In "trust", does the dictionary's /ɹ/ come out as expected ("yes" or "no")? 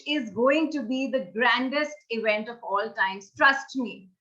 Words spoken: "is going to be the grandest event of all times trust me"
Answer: yes